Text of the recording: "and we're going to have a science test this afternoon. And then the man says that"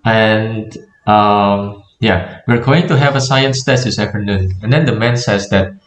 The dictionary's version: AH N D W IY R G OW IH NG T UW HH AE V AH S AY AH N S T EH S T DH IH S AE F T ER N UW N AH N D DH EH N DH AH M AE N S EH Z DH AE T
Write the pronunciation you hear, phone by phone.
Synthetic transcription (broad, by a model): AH N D W IY R G OW IH NG T UW HH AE V AH S AY AH N S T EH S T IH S AE F T ER N UW N AH N D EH N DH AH M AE N S EH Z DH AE T